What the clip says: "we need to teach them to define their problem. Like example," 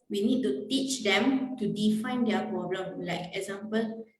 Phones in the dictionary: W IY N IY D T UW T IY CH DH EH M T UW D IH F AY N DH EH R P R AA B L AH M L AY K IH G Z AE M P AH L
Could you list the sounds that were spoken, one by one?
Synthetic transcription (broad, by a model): W IY N IY D T UW T IY CH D EH M T UW D IH F AY N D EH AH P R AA B L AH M L AY K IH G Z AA M P AH L